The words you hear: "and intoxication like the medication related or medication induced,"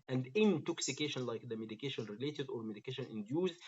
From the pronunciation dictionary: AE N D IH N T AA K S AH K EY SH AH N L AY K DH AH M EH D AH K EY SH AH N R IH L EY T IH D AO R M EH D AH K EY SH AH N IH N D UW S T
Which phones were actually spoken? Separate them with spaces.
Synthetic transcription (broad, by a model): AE N D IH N T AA K S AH K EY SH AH N L AY K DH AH M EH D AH K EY SH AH N R IH L EY T IH D AO R M EH D AH K EY SH AH N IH N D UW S